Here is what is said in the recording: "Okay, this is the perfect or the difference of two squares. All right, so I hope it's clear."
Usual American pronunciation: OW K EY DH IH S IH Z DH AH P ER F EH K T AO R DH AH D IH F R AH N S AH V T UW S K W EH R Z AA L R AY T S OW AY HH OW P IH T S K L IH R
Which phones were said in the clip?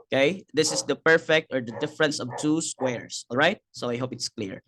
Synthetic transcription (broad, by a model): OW K EY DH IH S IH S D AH P ER F EH K T AO R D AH D IH F R AH N S AH V T UW S K W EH R S AA L R AY T S OW AY HH OW P IH T S K L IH R